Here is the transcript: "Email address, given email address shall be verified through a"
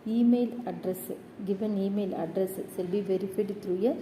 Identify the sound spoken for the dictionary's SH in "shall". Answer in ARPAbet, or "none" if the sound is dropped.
S